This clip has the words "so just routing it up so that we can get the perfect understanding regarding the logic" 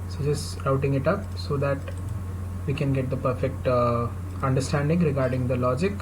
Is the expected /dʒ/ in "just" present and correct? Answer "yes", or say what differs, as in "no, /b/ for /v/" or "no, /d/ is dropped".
no, /tʃ/ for /dʒ/